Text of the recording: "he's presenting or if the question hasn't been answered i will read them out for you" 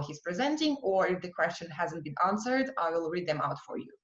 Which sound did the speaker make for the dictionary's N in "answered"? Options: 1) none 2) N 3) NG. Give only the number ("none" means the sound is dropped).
2